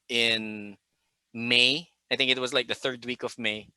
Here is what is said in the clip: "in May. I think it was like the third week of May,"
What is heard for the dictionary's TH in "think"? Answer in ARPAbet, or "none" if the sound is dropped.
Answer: TH